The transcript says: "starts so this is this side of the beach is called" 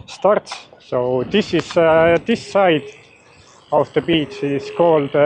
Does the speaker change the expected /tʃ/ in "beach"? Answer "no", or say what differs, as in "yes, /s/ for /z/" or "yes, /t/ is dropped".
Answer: yes, /s/ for /tʃ/